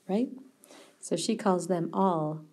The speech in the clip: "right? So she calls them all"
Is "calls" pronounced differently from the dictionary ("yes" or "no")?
no